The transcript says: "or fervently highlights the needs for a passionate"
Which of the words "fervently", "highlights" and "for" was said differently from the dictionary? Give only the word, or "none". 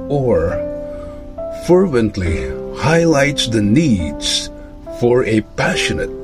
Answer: none